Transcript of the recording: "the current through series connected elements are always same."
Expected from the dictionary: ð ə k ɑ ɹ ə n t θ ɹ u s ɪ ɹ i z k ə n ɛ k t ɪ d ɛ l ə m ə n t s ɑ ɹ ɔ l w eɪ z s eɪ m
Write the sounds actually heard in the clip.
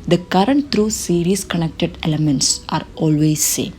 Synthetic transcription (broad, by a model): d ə k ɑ ɹ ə n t t ɹ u s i ɹ i s k ə n ɛ k t ɪ d ɛ l ə m ə n t s ɑ ɹ ɔ l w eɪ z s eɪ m